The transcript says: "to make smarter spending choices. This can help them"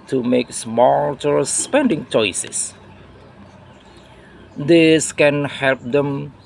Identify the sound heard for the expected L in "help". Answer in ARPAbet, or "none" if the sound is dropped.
L